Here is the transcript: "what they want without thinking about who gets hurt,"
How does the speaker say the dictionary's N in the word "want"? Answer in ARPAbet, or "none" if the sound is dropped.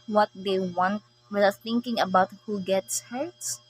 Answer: N